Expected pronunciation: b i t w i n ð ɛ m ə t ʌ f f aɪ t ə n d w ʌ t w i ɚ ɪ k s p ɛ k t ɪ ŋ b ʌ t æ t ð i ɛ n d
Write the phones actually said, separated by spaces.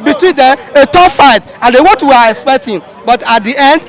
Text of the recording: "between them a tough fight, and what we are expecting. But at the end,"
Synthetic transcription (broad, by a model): b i t w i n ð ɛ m ə t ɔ p f aɪ t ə n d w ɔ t w i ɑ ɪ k s p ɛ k t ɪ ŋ b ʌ t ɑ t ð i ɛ n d